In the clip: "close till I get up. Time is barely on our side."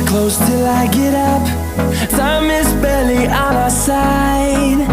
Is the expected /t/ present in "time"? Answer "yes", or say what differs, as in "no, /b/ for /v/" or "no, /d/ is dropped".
no, /s/ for /t/